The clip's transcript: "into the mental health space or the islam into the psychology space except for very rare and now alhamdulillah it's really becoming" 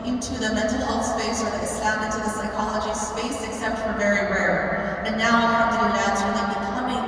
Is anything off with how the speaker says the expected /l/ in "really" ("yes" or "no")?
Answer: yes